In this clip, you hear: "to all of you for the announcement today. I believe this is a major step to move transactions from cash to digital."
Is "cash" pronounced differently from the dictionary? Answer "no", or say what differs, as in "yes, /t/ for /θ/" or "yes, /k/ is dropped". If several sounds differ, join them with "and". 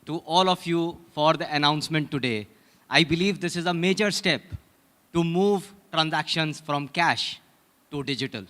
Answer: no